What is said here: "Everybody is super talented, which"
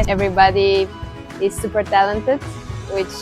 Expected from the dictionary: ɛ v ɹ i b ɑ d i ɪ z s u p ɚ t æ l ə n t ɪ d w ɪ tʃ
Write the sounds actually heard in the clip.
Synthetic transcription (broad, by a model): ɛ v ɹ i b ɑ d i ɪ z s u p ɚ t æ l ə n t ɪ d w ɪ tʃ